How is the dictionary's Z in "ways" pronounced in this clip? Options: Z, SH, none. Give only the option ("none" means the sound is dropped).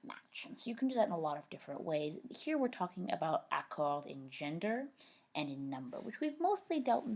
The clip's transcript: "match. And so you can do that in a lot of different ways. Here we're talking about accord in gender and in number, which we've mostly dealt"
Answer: Z